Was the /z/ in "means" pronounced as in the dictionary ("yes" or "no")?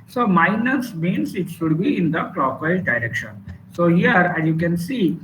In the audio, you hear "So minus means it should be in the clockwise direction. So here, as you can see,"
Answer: no